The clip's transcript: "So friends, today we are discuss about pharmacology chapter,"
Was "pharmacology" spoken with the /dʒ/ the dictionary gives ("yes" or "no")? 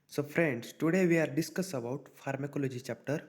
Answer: yes